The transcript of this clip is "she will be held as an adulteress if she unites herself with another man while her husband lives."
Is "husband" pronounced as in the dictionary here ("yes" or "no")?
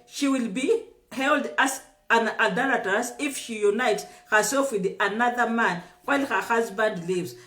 yes